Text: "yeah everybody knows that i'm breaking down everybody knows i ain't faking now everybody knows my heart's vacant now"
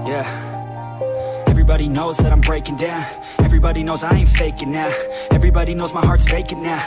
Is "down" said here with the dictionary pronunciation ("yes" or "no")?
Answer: yes